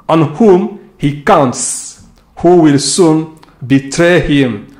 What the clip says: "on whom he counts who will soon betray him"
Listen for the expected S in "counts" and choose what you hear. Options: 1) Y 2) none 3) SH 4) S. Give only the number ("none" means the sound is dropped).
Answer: 4